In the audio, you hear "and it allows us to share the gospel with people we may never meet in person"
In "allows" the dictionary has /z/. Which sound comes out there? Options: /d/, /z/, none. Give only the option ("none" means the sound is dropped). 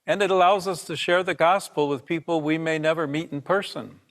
/z/